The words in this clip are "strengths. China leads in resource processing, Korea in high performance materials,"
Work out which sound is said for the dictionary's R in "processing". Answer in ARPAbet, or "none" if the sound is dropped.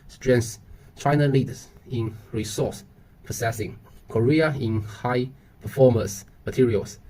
none